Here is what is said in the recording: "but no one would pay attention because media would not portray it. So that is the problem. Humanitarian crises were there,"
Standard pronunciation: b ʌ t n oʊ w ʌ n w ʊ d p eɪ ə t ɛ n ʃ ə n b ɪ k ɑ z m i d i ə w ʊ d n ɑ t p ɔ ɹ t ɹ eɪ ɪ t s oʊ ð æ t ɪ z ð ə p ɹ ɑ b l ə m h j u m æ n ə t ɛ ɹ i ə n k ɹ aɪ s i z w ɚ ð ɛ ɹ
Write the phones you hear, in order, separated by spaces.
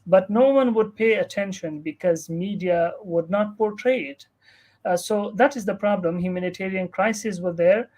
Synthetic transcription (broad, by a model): b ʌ t n oʊ w ʌ n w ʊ d p eɪ ə t ɛ n ʃ ə n b ɪ k ɑ z m i d i ə w ʊ d n ɑ t p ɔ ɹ t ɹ eɪ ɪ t s oʊ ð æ t ɪ z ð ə p ɹ ɑ b l ə m h j u m æ n ə t ɛ ɹ i ə n k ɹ aɪ s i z w ɚ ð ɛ ɹ